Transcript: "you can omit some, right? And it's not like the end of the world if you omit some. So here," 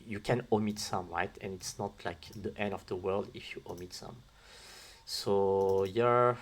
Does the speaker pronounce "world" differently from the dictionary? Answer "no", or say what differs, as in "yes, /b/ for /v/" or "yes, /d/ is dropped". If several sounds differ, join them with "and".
no